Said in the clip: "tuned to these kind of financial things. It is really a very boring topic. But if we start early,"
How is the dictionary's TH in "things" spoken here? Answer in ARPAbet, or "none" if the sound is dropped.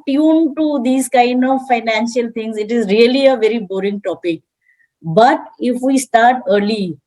T